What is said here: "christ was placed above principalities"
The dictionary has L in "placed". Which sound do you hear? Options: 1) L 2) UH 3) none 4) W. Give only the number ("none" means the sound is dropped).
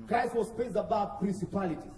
3